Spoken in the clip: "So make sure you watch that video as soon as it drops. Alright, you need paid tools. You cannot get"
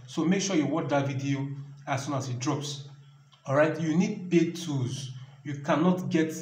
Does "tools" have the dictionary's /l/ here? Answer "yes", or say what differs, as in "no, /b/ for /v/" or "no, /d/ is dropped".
no, /l/ is dropped